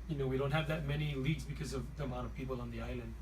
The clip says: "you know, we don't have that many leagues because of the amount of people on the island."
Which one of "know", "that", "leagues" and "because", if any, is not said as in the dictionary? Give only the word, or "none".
none